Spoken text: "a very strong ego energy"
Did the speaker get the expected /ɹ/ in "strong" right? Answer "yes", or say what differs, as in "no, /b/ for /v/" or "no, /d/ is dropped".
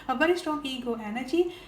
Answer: no, /ɹ/ is dropped